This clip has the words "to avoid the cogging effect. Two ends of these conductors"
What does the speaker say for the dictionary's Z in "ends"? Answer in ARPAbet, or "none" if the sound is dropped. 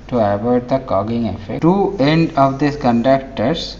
none